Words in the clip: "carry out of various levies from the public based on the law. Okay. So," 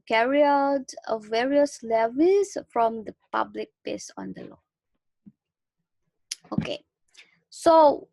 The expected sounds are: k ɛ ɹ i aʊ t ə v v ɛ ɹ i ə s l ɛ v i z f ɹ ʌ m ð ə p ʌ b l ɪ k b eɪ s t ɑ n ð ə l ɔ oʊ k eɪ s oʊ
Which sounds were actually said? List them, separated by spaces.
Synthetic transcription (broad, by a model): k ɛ ɹ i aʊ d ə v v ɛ ɹ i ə s l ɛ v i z f ɹ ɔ m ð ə p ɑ b l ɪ k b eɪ s ɑ n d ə l ɔ oʊ k eɪ s oʊ